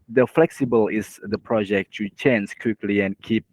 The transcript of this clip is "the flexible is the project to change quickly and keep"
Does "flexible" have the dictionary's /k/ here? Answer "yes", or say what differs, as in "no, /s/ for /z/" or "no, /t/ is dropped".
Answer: yes